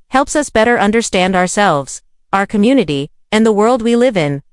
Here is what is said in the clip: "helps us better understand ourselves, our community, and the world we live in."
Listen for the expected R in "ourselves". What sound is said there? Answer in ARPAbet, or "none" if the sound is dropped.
R